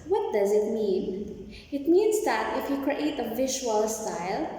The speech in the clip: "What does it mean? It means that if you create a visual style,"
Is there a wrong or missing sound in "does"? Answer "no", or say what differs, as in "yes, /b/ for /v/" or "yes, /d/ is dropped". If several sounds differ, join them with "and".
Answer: no